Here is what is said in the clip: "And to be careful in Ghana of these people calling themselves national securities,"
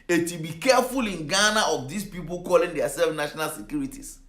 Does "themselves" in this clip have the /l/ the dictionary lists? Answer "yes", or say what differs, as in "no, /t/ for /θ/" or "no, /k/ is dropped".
no, /l/ is dropped